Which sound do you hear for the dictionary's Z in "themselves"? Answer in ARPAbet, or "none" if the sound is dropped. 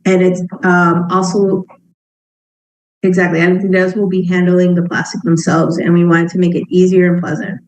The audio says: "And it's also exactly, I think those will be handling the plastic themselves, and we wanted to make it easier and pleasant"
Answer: Z